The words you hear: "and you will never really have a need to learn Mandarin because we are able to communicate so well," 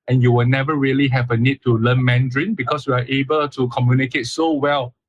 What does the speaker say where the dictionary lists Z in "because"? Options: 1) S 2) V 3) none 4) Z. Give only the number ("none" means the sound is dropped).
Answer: 1